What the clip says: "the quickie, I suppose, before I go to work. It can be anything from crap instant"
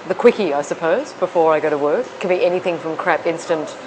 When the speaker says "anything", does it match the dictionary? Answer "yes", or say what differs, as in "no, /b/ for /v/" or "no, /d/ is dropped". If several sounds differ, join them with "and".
yes